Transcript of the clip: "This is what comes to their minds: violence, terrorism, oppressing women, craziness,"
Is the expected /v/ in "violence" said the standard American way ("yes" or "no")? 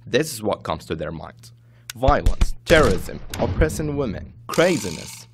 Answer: yes